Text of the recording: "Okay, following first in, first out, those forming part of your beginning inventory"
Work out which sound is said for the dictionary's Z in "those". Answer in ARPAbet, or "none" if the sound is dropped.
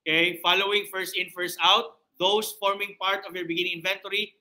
S